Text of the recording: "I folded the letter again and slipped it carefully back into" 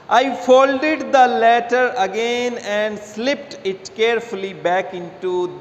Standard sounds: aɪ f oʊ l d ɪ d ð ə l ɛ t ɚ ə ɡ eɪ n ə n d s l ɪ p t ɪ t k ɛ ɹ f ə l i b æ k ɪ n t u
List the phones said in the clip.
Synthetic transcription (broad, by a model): aɪ f oʊ l d ɪ d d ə l ɛ t ɚ ə ɡ eɪ n ə n d s l ɪ p t ɪ t k ɛ ɹ f ə l i b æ k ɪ n t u